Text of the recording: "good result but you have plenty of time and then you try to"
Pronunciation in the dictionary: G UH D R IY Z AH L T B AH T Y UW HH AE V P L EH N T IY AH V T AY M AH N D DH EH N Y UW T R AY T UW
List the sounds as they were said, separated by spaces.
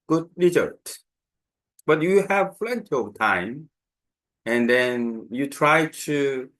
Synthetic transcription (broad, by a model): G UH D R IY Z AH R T B AH T Y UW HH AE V F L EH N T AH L T AY M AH N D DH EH N Y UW T R AY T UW